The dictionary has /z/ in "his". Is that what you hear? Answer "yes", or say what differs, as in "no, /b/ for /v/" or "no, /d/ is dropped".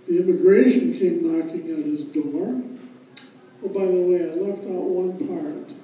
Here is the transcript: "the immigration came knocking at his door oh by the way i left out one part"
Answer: yes